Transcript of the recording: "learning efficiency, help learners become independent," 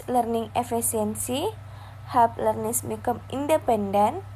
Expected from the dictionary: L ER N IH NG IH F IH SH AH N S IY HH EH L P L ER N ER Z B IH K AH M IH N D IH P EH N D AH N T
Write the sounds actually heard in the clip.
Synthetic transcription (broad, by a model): L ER N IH NG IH F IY S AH N S IY HH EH P L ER N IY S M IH K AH M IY N D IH P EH N D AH N